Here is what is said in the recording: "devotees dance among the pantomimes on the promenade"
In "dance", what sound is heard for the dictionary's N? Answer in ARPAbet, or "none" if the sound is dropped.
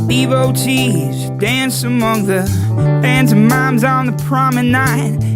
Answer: N